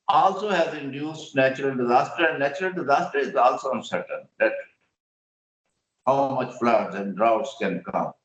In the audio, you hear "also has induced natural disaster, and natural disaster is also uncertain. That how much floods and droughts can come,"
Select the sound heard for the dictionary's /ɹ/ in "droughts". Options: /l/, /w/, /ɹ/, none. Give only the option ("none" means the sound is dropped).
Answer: /ɹ/